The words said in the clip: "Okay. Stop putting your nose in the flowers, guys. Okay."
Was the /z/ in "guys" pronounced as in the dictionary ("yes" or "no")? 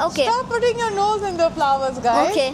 no